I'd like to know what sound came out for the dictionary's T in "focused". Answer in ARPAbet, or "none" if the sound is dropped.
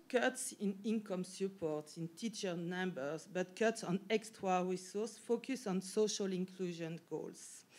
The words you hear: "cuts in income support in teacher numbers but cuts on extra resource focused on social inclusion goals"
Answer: none